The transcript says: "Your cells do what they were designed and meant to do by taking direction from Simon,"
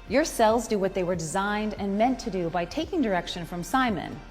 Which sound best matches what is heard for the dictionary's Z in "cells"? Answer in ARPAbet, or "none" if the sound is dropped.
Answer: Z